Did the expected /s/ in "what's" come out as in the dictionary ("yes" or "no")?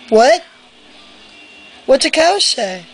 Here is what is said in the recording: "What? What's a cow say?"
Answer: no